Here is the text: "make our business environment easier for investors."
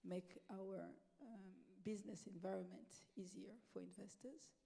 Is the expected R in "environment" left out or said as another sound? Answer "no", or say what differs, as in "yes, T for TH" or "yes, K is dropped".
no